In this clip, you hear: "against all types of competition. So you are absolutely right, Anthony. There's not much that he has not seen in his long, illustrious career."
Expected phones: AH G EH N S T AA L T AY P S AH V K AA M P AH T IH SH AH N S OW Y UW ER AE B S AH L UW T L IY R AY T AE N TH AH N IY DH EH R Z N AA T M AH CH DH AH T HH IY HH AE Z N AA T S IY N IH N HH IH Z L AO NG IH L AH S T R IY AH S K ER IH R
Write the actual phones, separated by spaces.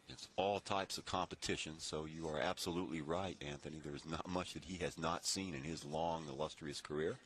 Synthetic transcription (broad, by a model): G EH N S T AA L T AY P S AH V K AA M P AH T IH SH AH N S OW Y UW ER AE B S AH L UW T L IY R AY T AE N TH AH N IY DH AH R Z N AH T M AH CH DH AH T HH IY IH Z N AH T S IY N IH N IH Z L AO NG IH L AH S T R IY AH S K ER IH R